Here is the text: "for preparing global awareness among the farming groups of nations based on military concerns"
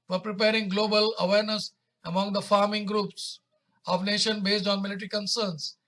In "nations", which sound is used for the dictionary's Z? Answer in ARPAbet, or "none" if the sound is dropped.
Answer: none